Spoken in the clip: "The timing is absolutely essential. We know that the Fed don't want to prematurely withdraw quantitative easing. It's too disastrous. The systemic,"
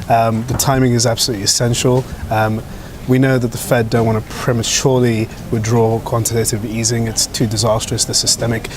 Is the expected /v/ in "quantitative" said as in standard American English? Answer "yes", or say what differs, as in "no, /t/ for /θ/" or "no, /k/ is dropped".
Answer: yes